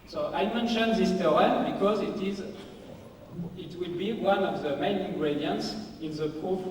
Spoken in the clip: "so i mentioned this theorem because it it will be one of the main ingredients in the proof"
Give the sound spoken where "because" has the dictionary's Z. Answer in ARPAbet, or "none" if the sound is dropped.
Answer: Z